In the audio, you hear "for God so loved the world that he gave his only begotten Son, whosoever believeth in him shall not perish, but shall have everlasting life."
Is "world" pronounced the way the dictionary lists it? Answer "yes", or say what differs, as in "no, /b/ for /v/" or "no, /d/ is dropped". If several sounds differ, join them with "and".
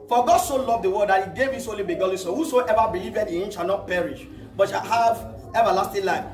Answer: no, /l/ is dropped